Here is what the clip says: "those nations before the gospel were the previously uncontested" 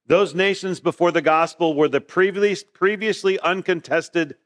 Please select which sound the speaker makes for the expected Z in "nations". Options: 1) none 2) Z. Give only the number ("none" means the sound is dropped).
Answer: 2